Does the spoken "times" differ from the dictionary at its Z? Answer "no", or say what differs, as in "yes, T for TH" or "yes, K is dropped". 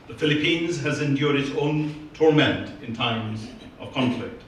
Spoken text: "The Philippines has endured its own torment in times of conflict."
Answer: no